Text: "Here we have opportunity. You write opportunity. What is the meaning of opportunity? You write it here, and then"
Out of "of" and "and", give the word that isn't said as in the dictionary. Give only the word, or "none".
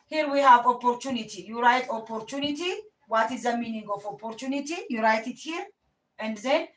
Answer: of